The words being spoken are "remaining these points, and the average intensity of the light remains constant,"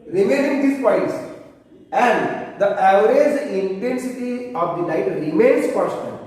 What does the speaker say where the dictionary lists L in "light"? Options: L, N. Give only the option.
N